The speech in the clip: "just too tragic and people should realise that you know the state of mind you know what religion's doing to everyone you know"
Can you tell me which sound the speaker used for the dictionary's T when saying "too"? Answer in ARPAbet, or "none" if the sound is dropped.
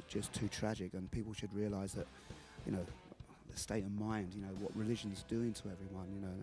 T